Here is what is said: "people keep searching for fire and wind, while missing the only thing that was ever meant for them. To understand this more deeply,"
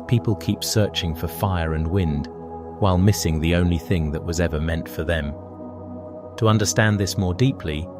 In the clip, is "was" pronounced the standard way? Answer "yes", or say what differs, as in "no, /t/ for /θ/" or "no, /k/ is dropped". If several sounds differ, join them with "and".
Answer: yes